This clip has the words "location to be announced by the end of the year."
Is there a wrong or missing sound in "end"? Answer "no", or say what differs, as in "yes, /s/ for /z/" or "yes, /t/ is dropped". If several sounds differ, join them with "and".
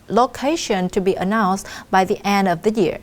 no